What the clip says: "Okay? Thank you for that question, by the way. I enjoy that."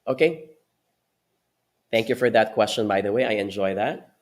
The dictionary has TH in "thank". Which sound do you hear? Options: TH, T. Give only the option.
TH